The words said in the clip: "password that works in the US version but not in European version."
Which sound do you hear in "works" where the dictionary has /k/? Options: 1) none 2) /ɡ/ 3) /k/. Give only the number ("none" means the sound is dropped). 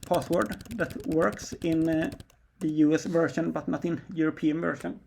3